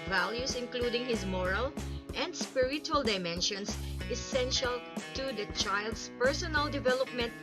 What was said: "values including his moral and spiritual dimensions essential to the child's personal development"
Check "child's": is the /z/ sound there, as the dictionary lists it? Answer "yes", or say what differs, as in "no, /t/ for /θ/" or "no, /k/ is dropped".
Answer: no, /s/ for /z/